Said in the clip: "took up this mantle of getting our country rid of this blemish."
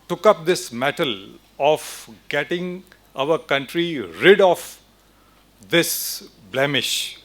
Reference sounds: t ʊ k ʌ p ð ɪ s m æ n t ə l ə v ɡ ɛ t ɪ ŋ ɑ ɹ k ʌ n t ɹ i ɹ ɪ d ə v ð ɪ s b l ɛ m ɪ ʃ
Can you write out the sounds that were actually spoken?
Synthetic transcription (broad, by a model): t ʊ k ʌ p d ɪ s m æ t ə l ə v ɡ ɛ t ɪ ŋ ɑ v k ʌ n t ɹ i ɹ ɪ d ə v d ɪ s b l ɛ m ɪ ʃ